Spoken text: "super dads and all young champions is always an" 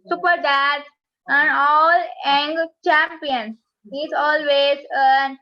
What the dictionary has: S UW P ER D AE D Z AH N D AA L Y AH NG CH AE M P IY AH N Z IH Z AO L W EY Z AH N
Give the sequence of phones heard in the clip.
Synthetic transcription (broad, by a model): S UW P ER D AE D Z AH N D AA L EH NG CH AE M P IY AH N IH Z AO L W EY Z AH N